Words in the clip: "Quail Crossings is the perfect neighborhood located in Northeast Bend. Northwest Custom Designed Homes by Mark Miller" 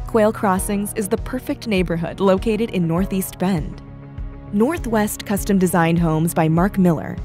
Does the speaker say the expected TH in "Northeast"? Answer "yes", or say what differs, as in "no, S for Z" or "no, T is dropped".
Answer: yes